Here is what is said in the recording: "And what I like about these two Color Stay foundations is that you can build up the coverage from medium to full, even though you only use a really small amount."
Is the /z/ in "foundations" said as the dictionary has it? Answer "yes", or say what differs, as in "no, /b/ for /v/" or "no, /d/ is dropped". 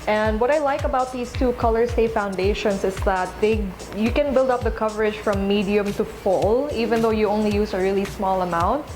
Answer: no, /s/ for /z/